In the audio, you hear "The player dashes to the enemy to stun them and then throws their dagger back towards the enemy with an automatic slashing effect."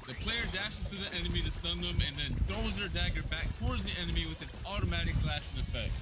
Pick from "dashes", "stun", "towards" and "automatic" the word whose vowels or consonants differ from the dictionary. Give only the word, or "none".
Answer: none